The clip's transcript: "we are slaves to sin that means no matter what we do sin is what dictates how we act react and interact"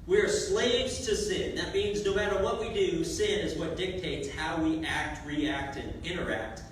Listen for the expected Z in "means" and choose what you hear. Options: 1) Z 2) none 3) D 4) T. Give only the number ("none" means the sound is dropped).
1